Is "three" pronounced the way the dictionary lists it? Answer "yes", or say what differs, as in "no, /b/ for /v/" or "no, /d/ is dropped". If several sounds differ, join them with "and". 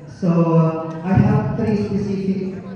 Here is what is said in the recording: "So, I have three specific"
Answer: no, /t/ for /θ/